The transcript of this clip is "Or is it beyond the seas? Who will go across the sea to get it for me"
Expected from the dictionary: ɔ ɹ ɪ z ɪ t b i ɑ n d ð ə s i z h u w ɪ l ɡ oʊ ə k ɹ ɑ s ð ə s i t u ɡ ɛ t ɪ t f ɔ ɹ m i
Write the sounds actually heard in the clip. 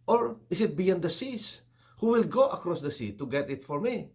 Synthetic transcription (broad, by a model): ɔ ɹ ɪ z ɪ t b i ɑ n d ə s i s h u w ɪ l ɡ oʊ ə k ɹ ɑ s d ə s i t u ɡ ɛ t ɪ t f ɔ ɹ m i